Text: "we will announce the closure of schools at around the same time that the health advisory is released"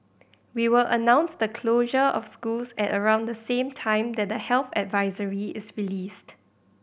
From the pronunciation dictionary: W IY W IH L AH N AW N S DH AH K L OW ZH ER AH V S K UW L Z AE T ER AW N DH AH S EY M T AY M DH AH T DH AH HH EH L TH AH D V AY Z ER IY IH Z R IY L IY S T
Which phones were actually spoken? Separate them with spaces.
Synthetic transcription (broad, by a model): W IY W IH L AH N AW N S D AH K L OW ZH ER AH F S K UW L S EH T ER AW N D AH S EY M T AY M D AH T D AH HH EH L TH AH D V AY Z ER IY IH S R IY L IY S T